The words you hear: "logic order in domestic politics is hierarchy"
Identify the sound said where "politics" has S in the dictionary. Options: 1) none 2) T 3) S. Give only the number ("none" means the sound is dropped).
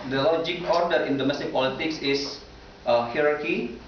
3